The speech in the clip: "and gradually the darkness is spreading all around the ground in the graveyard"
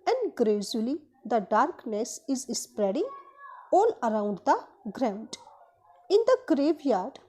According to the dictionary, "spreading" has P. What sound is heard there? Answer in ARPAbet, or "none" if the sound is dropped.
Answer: P